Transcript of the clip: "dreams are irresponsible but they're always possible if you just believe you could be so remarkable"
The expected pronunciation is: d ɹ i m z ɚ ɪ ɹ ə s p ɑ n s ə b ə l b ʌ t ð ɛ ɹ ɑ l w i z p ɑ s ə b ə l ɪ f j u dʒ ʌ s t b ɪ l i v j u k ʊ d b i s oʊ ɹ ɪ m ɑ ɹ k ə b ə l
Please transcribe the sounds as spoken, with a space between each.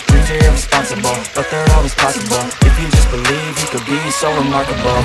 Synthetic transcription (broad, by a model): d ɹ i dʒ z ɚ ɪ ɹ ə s p ɑ n s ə b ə l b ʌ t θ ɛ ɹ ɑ w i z p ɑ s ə b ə l ɪ f j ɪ dʒ ʌ s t b ɪ l i v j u k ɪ d b i s oʊ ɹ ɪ m ɑ ɹ k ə b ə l